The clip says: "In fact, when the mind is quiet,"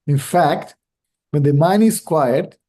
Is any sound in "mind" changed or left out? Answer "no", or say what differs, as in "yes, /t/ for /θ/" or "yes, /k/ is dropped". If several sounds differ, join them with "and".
yes, /d/ is dropped